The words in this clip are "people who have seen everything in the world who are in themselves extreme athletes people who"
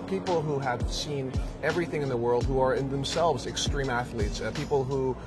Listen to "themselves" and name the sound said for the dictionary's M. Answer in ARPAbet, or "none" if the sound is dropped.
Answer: M